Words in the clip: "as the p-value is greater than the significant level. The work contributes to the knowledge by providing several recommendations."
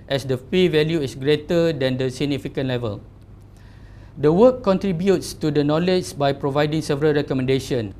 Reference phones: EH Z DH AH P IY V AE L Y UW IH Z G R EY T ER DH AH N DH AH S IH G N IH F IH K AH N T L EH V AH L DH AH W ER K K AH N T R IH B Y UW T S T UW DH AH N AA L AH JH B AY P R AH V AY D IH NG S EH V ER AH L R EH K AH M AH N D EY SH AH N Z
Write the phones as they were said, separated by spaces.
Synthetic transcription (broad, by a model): EH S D AH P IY V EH L Y UW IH S G R EY T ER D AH N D AH S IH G N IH F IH K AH N L EH V AH L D AH W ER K K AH N T R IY B Y UW T S T UW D AH N AA L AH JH B AY P R AH V AY D IH NG S EH V ER AH L R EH K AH M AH N D EY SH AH N